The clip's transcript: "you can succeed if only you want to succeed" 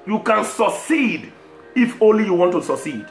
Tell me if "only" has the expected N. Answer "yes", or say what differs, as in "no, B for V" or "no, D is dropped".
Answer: yes